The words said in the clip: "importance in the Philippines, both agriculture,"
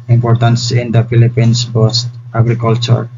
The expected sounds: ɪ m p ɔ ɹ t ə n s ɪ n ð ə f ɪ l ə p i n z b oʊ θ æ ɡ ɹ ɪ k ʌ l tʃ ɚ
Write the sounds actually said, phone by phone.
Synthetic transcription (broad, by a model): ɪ m p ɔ ɹ t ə n s ɪ n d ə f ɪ l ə p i n s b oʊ t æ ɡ ɹ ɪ k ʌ l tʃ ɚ